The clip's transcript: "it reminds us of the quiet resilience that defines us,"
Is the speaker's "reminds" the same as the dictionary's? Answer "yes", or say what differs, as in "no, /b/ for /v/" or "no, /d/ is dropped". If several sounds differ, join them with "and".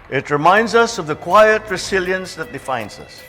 yes